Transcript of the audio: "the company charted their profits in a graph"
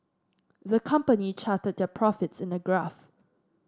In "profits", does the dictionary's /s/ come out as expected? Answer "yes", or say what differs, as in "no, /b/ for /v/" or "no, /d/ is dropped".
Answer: yes